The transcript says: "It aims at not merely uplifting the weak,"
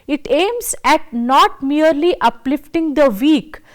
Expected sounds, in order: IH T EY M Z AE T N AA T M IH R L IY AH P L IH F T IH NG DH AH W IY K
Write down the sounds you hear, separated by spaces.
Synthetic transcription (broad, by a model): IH T EY M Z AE T N AA T M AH R L IY AH P L IH F T IH NG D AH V IY K